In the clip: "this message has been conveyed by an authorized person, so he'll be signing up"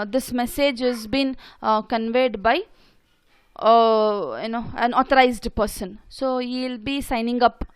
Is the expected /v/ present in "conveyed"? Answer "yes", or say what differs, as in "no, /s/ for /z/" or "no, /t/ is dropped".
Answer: yes